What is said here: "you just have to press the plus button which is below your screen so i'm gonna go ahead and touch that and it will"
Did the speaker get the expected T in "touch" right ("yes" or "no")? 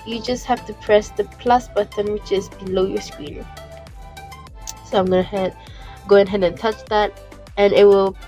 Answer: yes